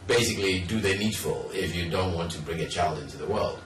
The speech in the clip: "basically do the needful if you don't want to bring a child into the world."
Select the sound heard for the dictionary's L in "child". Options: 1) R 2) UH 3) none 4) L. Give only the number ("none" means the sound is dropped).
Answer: 4